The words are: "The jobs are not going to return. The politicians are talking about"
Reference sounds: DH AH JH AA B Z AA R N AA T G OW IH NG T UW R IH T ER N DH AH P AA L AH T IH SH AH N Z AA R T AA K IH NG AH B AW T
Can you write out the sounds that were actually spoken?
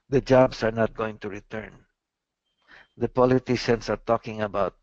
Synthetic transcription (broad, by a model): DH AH JH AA B S AA R N AA T G OW IH NG T UW R IH T ER N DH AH P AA L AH T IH SH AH N S AA R T AA K IH NG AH B AW T